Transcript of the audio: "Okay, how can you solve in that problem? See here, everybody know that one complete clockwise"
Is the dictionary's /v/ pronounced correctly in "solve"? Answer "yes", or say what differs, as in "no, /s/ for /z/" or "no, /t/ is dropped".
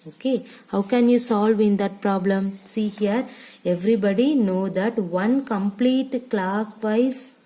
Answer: yes